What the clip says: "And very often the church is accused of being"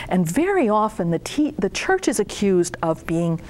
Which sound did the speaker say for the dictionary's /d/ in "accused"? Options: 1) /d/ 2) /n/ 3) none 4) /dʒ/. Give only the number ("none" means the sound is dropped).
1